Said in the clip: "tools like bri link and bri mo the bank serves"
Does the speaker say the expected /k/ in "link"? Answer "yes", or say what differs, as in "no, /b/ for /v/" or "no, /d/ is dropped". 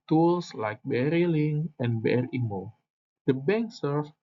no, /k/ is dropped